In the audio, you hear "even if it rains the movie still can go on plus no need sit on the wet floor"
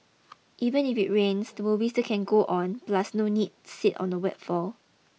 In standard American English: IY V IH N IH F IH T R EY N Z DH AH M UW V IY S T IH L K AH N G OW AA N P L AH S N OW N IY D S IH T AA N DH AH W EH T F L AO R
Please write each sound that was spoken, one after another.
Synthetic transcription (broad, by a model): IY V IH N IH F IH T R EY N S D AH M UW W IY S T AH K AH N G OW AA N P L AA S N OW N IY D S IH T AA N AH W EH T F AO L